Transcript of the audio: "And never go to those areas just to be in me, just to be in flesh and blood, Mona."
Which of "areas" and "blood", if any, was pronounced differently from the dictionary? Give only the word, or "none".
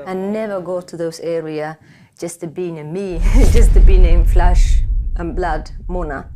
areas